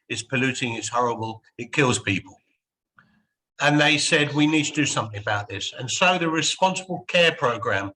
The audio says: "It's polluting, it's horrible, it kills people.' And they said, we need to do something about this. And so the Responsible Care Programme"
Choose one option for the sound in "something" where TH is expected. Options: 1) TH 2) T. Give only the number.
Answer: 1